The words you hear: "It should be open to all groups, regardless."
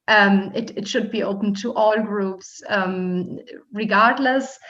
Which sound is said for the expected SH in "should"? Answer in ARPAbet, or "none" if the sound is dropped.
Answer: SH